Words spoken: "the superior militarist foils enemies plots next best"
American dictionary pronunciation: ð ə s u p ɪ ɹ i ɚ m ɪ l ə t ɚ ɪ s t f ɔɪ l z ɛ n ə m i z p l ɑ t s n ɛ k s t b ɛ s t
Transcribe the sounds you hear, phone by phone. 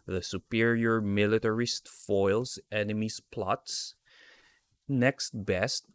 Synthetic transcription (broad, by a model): ð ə s u p ɪ ɹ i ɚ m ɪ l ə t ɚ ɪ s t f ɔɪ l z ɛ n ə m i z p l ɑ t s n ɛ k s t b ɛ s t